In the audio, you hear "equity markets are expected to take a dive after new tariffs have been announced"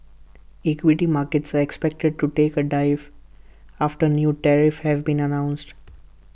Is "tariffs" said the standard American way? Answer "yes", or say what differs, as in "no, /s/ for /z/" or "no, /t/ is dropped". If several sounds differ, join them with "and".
no, /s/ is dropped